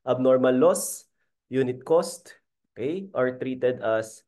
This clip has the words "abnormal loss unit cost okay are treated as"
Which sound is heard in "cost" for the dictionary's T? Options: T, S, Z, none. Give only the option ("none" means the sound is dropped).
T